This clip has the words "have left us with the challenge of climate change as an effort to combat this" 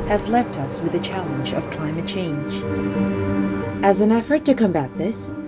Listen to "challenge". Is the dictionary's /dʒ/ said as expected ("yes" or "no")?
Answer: yes